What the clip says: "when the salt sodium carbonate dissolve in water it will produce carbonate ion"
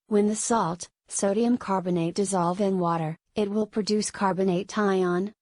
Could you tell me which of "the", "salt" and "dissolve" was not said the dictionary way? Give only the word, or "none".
none